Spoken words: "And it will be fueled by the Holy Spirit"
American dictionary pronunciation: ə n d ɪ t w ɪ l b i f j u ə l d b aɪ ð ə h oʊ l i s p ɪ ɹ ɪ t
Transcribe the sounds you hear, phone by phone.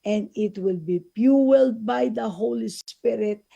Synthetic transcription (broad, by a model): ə n d ɪ t w ɪ l b i p j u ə l d b aɪ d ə h oʊ l i s p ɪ ɹ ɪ t